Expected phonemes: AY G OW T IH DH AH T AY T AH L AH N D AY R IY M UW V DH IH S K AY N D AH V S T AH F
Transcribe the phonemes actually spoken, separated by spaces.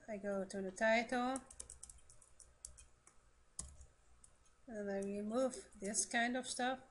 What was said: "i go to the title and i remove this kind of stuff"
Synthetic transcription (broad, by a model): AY G OW T IH DH AH T AY T AH L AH N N AY R IY M UW V DH IH S K AY N D AH V S T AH F